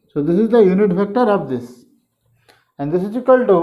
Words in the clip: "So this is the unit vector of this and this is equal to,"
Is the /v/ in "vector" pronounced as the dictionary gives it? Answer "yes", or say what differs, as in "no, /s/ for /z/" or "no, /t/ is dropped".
no, /f/ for /v/